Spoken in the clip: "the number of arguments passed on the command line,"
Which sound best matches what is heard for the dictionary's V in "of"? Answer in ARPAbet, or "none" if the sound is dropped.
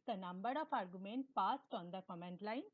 P